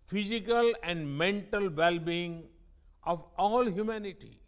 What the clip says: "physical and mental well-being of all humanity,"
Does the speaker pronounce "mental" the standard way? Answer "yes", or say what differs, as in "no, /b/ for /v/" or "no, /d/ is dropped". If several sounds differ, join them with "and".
yes